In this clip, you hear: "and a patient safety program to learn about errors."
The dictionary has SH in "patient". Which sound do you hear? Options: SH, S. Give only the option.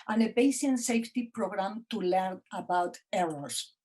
S